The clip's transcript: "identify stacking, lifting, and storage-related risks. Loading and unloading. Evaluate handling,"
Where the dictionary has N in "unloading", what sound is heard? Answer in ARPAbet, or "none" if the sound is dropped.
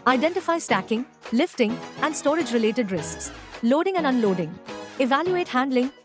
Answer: N